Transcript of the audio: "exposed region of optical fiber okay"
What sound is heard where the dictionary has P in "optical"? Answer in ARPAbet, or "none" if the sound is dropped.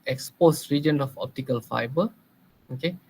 P